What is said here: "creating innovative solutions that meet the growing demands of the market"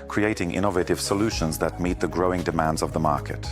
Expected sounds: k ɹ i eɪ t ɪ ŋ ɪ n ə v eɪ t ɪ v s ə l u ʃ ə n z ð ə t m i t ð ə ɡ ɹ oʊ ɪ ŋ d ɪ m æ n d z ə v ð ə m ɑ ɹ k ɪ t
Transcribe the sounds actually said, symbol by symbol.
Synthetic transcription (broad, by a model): k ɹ i eɪ t ɪ ŋ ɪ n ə v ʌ t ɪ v s ə l u ʃ ə n z ð ə t m i t ð ə ɡ ɹ oʊ ɪ ŋ d ɪ m æ n d z ə v ð ə m ɑ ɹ k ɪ t